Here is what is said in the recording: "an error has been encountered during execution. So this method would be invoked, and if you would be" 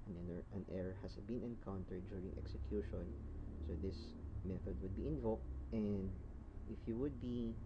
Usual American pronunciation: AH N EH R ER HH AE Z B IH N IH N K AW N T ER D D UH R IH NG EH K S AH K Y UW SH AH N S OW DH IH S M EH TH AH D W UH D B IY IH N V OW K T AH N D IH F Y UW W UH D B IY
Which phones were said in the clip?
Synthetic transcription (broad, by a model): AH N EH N ER HH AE S B IH N IH N K AW N T ER D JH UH R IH NG EH K S AH K Y UW SH AH N S OW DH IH S M EH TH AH D W UH D B IY IH N V OW K T AH N D IH F Y UW W UH D B IY